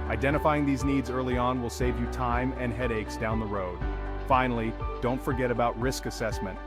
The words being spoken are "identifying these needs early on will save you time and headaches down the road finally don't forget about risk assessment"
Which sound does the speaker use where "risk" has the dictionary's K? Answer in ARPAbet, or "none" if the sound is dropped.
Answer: K